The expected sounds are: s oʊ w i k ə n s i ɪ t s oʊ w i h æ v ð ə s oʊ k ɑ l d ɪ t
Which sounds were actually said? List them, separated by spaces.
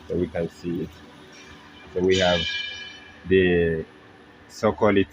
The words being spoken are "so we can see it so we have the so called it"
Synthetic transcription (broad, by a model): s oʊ w i k ə n s i ɪ t s oʊ w i h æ v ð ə s oʊ k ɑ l ɪ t